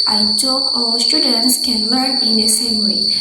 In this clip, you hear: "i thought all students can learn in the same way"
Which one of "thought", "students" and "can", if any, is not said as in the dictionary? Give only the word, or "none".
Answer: thought